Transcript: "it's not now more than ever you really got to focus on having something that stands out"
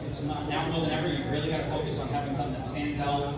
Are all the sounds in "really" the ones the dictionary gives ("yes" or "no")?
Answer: yes